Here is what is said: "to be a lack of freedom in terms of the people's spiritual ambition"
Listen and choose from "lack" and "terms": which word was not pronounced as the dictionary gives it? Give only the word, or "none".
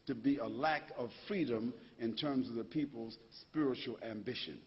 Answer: none